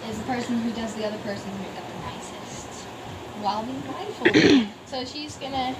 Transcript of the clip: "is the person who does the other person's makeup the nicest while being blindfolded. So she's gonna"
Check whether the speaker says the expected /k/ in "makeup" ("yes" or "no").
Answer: no